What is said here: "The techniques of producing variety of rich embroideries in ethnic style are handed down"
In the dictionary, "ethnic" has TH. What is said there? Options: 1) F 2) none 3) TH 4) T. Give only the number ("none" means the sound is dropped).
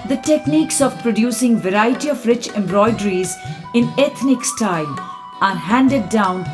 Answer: 4